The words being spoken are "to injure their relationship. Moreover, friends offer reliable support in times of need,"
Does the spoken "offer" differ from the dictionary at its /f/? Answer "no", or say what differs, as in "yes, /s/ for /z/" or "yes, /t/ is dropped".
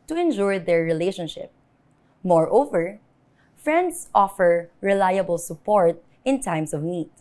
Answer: no